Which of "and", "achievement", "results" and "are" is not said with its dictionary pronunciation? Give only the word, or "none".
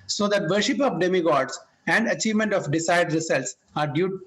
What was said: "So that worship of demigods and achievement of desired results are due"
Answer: results